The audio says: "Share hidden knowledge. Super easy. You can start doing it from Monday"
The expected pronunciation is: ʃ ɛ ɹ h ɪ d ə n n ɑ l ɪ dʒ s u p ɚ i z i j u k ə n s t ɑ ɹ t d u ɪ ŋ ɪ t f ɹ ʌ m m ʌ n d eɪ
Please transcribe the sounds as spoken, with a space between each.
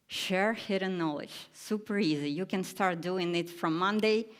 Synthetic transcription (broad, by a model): ʃ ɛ ɹ h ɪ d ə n n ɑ l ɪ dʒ s u p ɚ i z i j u k ə n s t ɑ ɹ t d u ɪ ŋ ɪ t f ɹ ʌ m m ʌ n d eɪ